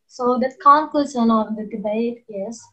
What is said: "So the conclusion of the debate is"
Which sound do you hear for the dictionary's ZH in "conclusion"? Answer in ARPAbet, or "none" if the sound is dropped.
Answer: S